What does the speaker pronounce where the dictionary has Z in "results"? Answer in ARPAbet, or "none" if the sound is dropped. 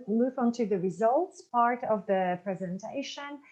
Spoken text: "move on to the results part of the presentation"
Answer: Z